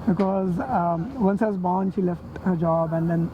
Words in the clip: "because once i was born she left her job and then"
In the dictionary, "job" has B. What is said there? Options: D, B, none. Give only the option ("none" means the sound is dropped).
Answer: B